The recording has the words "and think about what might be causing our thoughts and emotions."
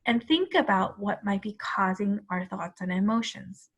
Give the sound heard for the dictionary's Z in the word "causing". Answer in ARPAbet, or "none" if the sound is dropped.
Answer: Z